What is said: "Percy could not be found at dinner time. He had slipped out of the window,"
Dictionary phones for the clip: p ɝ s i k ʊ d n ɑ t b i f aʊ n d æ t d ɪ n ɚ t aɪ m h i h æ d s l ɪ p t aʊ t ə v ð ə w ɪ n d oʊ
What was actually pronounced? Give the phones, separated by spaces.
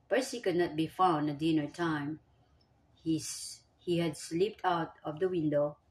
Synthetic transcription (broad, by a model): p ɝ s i k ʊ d n ɑ t b i f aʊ n ʌ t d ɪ n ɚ t aɪ m h i h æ d s l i p t aʊ t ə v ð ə w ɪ n d oʊ